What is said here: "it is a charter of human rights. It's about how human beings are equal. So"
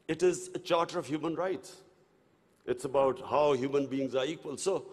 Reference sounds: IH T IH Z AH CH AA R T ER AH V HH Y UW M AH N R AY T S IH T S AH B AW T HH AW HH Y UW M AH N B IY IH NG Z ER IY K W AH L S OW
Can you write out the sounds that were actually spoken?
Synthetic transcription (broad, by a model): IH T IH Z AH CH AA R T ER AH V HH Y UW M AH N R AY T S IH T S AH B AW T HH AW HH Y UW M AH N B IY IH NG Z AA IY K W AH L S OW